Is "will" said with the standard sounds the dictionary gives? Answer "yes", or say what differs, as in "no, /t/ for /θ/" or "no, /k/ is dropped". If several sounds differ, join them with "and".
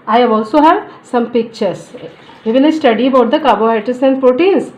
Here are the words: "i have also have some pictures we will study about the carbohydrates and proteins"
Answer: no, /n/ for /l/